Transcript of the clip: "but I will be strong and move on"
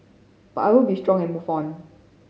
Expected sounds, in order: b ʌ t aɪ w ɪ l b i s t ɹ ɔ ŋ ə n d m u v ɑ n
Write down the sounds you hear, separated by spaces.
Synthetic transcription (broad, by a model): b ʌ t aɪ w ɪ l b i s t ɹ ɔ ŋ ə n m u f ɑ n